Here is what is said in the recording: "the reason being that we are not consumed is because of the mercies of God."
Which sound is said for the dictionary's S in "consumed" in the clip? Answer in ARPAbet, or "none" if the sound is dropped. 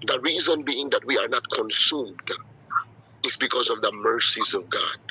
S